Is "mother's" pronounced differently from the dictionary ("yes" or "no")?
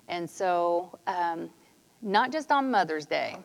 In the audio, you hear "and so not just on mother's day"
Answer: no